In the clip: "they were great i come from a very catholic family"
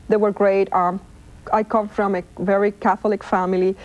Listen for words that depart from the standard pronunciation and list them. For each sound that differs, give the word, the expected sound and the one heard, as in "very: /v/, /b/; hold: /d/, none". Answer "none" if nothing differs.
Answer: none